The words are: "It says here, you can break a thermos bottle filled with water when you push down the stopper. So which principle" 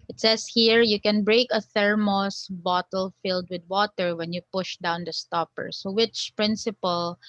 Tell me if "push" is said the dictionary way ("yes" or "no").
yes